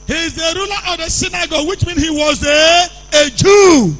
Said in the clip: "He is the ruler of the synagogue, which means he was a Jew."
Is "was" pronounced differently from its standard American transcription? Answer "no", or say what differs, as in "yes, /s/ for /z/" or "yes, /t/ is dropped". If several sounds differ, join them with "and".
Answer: no